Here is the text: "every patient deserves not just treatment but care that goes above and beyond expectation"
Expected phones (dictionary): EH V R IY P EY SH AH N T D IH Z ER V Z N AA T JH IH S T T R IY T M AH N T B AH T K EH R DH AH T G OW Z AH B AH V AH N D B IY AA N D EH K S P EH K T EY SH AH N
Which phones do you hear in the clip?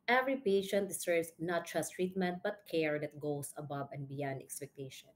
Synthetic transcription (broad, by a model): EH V R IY P EY SH AH N T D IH S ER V S N AA T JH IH S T T R IY T M AH N T B AH T K EH R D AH T G OW S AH B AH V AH N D B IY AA N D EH K S P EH K T EY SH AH N